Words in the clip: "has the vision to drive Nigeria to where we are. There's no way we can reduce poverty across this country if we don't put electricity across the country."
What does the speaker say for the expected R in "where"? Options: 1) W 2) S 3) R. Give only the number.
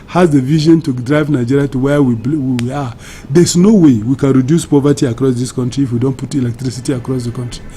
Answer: 1